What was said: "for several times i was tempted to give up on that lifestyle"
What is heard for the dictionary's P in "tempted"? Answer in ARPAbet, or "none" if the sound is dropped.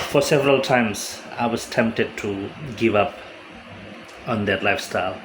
P